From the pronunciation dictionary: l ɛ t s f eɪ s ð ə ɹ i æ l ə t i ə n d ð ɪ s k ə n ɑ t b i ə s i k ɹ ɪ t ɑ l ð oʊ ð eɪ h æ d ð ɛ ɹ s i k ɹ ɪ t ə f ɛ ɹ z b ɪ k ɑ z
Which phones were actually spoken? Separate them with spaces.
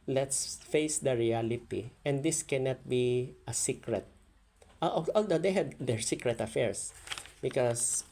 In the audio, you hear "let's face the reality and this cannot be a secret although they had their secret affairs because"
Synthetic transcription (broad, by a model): l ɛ t s f eɪ s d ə ɹ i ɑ l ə t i ə n d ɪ s k ə n ɑ t b i ə s i k ɹ ɪ t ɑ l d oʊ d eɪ h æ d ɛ ɹ s i k ɹ ɪ t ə f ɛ ɹ s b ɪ k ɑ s